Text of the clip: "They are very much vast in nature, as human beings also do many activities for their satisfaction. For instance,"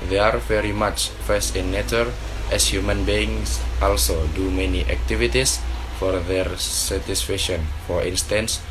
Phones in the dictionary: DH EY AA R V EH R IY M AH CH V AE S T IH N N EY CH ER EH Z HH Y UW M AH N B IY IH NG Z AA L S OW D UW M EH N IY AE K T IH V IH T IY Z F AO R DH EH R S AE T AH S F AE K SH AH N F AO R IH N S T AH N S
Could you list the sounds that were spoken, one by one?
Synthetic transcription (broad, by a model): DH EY AA R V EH R IY M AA CH F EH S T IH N N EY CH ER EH S HH Y UW M AH N B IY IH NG S AA L S OW D UW M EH N IY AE K T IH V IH T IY S F AO R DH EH R S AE T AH S F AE K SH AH N F AO R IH N S T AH N S